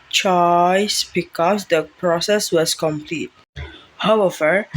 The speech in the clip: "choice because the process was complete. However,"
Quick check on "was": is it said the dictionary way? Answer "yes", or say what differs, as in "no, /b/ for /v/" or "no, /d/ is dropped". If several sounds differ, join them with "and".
no, /s/ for /z/